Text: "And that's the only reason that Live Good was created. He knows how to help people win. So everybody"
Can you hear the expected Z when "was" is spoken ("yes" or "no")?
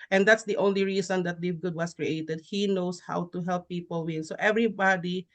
no